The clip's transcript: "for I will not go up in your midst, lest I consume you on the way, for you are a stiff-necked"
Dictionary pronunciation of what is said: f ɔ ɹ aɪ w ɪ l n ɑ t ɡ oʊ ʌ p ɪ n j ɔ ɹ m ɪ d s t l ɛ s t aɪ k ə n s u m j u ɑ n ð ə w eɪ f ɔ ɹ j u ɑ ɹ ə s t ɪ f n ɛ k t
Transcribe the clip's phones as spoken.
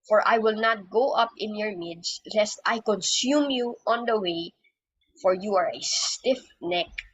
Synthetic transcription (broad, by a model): f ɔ ɹ aɪ w ɪ l n ɑ t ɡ oʊ ʌ p ɪ n j ɔ ɹ m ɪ d s l ɛ s t aɪ k ə n s u m j u ɑ n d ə w eɪ f ɔ ɹ j u ɑ ɹ ə s t ɪ f n ɛ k